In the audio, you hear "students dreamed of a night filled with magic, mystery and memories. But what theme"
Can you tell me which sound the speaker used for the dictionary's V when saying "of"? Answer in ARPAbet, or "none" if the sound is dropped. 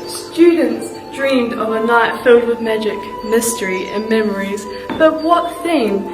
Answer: V